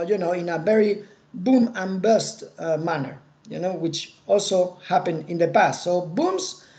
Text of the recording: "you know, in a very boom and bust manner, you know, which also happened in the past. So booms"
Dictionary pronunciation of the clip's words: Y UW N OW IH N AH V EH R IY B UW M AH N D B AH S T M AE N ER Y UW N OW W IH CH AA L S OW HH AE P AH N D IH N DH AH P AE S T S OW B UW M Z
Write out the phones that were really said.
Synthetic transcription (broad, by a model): Y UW N OW IH N AH V EH R IY B UW M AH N B AH S T M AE N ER Y UW N OW W IH CH AA L S OW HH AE P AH N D IH N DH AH P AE S T S OW B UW M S